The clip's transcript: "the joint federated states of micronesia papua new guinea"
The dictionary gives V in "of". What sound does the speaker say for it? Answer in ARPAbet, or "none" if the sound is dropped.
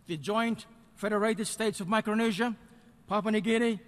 V